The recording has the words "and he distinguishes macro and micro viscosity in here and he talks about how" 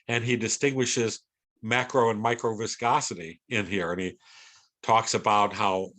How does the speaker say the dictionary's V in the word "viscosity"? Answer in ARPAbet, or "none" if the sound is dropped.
V